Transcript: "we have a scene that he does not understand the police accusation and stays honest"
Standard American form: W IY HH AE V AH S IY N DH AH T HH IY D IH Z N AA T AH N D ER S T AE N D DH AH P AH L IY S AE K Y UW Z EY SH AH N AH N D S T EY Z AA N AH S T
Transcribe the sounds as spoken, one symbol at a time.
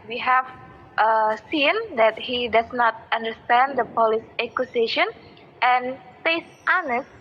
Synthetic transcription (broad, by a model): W IY HH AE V AH S IY N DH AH T HH IY D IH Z N AA T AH N D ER S T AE N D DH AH P AH L IY S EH K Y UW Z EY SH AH N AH N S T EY S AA N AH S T